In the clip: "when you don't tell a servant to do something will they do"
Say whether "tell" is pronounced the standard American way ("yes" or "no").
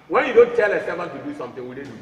yes